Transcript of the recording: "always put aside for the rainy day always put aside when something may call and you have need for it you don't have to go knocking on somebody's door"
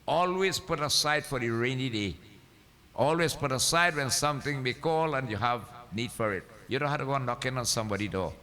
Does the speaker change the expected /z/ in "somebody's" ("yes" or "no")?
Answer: yes